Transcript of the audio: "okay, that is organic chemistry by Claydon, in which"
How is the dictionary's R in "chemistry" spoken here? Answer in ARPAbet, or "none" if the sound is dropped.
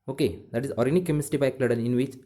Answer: none